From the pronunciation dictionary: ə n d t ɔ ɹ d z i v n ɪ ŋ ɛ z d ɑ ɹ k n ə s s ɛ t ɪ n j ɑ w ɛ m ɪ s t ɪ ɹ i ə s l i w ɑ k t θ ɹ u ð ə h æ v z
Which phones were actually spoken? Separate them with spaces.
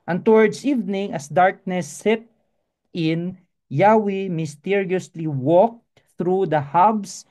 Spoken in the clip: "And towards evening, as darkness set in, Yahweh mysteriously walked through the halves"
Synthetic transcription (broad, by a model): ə n t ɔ ɹ d s i v n ɪ ŋ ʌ s d ɑ ɹ k n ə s s ɛ t ɪ n j ɑ w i m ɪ s t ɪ ɹ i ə s l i w ɑ k t θ ɹ u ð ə h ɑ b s